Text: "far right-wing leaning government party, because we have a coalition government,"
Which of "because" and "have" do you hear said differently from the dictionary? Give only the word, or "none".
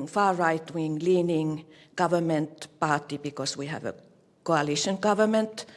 because